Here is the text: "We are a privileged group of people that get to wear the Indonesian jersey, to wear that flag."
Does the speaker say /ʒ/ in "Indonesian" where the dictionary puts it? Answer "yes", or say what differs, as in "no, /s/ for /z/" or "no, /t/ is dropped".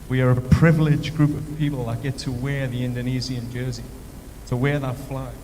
no, /z/ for /ʒ/